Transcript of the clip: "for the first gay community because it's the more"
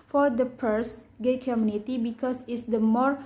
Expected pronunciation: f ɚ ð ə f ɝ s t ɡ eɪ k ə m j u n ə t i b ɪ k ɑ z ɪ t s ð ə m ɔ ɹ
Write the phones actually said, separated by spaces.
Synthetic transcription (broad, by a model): f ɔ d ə p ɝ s ɡ eɪ k ə m j u n ə t i b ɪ k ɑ s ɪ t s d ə m ɔ ɹ